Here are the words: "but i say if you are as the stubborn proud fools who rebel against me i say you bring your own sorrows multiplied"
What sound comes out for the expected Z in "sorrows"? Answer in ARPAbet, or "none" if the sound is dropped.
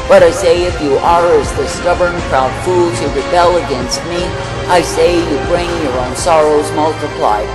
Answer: Z